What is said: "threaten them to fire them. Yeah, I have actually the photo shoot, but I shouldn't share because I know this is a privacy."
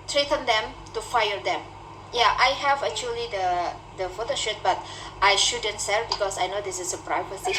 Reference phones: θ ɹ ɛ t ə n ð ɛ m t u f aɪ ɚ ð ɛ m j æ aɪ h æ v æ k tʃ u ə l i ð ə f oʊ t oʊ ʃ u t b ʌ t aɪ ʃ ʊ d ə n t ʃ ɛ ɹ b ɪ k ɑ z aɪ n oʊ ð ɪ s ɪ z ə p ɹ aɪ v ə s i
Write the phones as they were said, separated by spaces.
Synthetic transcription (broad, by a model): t ɹ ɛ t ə n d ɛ m t u f aɪ ɚ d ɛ m j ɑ aɪ h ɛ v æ k tʃ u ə l i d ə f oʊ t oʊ ʃ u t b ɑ t aɪ ʃ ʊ d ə n t s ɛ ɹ b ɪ k ɑ s aɪ n oʊ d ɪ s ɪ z ə p ɹ aɪ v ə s i